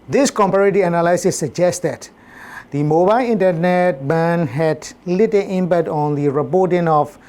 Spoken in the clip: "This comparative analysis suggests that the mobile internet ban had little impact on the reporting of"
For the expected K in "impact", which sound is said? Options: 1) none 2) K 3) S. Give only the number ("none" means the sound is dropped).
1